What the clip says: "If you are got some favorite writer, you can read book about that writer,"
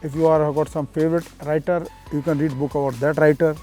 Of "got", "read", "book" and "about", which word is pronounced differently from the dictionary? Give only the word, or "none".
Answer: none